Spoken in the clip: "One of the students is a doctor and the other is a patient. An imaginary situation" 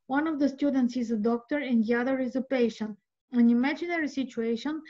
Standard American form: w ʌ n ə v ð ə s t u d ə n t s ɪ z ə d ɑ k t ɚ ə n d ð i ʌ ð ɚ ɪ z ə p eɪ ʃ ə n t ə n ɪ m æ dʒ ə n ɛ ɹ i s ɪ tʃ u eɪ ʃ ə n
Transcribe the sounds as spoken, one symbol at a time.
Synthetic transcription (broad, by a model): w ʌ n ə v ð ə s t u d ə n t s ɪ z ə d ɑ k t ɚ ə n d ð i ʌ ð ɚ ɪ z ə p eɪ ʃ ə n ə n ɪ m æ dʒ ə n ɛ ɹ i s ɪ tʃ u eɪ ʃ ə n